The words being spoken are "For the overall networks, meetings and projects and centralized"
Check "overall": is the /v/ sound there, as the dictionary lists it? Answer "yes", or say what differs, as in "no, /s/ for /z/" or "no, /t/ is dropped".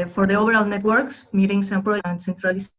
no, /b/ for /v/